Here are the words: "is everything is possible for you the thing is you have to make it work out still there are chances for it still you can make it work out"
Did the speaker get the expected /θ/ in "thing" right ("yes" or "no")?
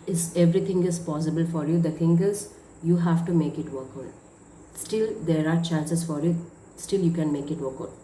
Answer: no